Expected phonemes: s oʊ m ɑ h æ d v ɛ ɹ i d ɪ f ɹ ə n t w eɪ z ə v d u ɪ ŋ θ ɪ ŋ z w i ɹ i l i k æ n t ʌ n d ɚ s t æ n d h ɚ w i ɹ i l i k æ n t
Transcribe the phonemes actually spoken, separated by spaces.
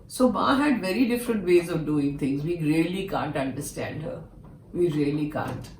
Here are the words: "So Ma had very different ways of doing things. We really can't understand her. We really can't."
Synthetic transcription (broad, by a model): s oʊ m ɑ h æ d v ɛ ɹ i d ɪ f ɹ ə n t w eɪ z ə v d u ɪ ŋ t ɪ ŋ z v i ɹ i l i k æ n t ʌ n d ɚ s t æ n d h ɚ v i ɹ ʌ l i k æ n t